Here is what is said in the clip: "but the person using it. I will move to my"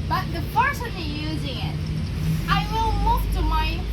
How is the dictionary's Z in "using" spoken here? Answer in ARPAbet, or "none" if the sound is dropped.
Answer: Z